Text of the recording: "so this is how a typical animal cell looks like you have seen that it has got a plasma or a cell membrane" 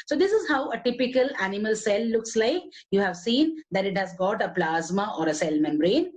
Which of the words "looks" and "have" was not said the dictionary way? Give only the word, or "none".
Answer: none